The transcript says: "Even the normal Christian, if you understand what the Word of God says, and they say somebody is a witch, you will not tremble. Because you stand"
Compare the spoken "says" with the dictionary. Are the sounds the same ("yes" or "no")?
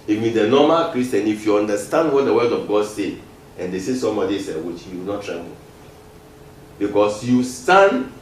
no